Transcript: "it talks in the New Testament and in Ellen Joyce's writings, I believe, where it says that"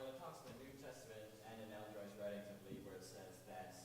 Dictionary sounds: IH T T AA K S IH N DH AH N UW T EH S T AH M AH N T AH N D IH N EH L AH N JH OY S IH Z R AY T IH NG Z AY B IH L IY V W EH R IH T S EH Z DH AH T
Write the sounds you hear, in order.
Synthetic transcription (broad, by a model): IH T T AA K S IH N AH N UW T EH S T AH M AH N T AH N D IH N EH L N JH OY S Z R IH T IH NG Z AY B L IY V W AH R IH T S EH Z DH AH T